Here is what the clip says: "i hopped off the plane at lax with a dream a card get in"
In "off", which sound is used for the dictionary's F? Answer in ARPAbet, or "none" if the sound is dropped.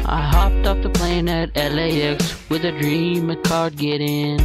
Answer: P